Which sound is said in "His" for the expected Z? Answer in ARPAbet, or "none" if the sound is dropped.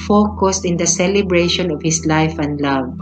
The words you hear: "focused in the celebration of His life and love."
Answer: S